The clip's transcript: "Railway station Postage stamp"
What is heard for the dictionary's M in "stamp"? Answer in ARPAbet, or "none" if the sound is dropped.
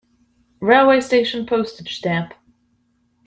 none